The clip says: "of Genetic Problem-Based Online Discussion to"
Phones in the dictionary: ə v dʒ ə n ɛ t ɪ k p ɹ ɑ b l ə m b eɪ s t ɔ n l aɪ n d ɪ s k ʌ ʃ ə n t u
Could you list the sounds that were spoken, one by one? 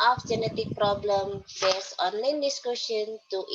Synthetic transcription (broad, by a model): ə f dʒ ə n ɛ t ɪ k p ɹ ɑ b l ə m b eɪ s ɔ n l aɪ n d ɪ s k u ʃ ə n t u